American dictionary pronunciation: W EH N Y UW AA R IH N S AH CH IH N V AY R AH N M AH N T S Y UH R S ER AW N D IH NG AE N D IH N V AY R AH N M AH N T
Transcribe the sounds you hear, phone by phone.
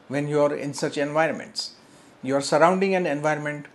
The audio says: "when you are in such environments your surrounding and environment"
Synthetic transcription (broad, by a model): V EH N Y UW AA R IH N S AH CH IH N V AY R AH N M AH N T S Y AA R S ER AW N D IH NG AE N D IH N V AY R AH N M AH N T